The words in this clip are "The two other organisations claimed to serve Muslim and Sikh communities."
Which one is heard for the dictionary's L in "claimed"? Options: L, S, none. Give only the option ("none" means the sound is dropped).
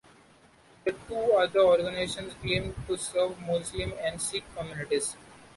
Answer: none